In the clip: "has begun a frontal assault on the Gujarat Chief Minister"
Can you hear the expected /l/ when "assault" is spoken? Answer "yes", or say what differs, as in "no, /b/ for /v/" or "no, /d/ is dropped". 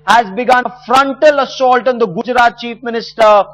yes